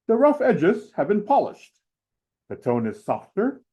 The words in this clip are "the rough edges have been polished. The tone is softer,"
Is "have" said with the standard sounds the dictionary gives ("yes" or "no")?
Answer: yes